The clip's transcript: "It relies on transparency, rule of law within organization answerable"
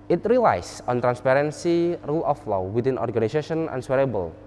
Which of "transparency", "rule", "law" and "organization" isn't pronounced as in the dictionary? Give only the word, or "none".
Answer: organization